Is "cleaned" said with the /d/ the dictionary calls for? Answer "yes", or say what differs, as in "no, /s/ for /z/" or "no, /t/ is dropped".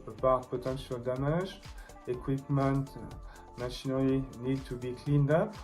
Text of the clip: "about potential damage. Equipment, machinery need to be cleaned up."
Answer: yes